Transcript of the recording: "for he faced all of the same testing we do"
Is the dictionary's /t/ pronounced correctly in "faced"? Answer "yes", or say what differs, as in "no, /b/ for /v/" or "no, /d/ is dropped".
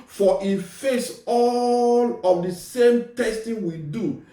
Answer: no, /t/ is dropped